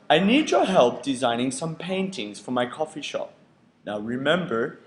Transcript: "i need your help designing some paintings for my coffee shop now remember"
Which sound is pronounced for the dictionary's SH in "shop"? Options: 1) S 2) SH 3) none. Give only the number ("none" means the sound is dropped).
2